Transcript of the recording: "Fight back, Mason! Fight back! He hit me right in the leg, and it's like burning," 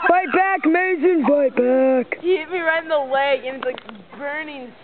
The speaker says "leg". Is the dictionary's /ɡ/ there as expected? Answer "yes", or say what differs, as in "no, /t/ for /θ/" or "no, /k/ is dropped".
no, /ɡ/ is dropped